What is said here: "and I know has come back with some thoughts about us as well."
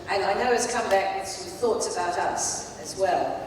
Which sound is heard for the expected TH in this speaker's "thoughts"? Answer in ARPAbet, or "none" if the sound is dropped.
TH